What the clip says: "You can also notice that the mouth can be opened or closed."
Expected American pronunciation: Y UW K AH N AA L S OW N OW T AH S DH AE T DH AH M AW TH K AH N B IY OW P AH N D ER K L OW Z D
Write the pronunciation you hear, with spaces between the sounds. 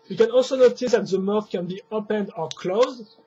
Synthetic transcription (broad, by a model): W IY K AH N AA L S OW N OW T AH S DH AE T DH AH M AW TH K AH N B IY OW P AH N D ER K L OW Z D